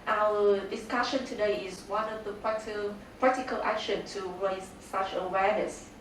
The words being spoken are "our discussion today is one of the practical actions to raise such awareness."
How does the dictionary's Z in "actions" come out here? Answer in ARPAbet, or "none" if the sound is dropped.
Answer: none